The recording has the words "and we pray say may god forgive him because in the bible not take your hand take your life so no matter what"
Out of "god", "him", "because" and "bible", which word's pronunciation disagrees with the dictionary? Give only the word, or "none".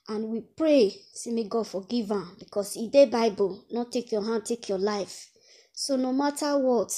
because